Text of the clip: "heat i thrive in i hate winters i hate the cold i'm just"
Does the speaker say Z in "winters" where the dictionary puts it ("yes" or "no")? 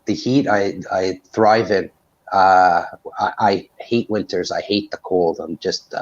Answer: yes